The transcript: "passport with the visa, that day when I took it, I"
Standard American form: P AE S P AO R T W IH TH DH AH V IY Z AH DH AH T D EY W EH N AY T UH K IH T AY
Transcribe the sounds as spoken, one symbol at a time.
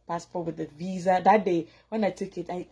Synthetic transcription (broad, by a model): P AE S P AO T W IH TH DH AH V IY Z AH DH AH T D EY W EH N AY T UH K IH T AY